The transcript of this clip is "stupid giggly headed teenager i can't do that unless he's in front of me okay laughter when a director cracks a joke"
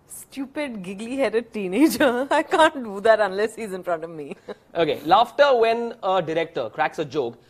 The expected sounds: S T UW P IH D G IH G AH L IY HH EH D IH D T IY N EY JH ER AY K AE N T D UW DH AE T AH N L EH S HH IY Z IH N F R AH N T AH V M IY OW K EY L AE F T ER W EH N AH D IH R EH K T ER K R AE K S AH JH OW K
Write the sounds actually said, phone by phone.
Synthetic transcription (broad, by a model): S T UW P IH D G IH G L IY HH EH D IH D T IY N EY JH ER AY K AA N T D UW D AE T AH N L EH S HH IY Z IH N F R AH N T AH V M IY OW K EY L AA F T ER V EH N AH D IH R EH K T ER K R AE K S AH JH OW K